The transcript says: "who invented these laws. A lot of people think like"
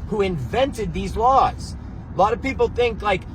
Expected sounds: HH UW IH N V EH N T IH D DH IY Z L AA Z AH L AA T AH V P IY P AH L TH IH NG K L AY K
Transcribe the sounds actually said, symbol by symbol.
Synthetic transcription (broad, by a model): HH UW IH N V EH N T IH D DH IY Z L AA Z AH L AA T AH V P IY P L TH IH NG K L AY K